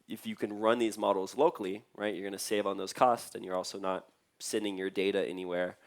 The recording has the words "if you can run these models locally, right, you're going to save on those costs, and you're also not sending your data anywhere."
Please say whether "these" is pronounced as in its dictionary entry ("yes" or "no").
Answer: yes